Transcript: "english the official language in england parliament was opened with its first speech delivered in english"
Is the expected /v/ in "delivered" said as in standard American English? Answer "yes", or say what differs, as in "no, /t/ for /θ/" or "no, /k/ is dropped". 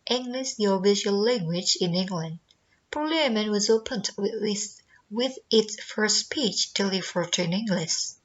no, /f/ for /v/